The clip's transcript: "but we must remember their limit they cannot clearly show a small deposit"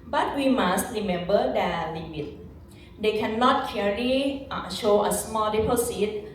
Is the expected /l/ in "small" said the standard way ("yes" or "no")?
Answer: yes